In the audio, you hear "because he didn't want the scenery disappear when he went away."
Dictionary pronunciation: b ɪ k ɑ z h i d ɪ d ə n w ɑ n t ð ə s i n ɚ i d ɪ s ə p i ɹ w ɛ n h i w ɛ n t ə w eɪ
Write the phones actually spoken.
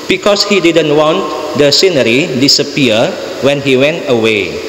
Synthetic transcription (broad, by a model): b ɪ k ɑ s h i d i d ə n w ɑ n t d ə s i n ɚ i d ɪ s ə p i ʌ w ɛ n h i w ɛ n t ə w eɪ